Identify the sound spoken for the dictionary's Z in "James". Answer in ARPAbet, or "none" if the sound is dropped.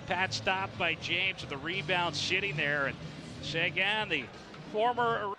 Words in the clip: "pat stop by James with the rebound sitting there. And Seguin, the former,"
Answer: Z